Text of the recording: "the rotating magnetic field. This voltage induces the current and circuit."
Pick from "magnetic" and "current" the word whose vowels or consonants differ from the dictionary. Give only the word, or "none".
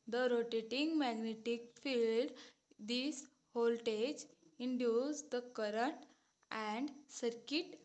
none